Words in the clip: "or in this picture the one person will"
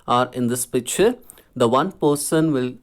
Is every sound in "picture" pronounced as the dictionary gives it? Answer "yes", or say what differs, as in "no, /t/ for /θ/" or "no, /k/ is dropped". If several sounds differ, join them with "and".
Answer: no, /k/ is dropped